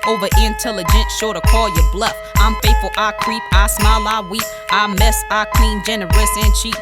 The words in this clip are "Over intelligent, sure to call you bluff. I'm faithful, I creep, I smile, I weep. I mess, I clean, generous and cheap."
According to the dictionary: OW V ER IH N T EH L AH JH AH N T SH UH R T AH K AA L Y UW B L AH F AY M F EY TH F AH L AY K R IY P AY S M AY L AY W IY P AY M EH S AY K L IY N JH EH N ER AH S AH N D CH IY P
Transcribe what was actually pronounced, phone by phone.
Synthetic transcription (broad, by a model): OW V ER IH N T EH L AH JH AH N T SH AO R T AH K AA L Y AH B L AH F AY M F EY T F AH L AY K R IY P AY S M AY L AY W IY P AY M EH S AY K L IY N JH EH N ER AH S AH N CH IY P